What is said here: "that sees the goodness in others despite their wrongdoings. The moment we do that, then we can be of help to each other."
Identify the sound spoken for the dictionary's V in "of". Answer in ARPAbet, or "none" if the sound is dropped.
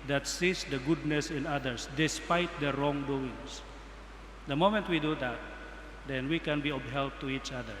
B